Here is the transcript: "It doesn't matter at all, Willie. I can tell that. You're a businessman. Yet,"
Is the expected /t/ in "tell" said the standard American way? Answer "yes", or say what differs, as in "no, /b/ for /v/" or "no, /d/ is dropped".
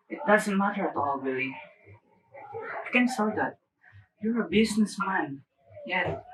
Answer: no, /s/ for /t/